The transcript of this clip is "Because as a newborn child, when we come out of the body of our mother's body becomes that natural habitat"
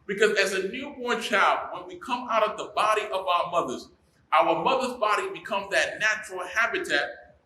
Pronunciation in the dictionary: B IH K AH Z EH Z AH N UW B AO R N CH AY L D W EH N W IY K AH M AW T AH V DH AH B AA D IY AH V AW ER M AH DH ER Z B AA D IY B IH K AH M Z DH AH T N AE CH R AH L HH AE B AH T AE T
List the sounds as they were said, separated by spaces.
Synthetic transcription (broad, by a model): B IH K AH Z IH Z AH N UW B AO R N CH AY L D W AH N W IY K AH M AW T AH V DH AH B AA D IY AH V AW ER M AH DH ER Z B AA D IY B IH K AH M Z DH AH T N AE CH R L HH AE B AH T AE T